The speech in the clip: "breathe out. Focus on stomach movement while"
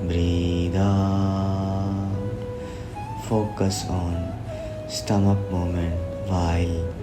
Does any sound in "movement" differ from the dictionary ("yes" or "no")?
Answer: yes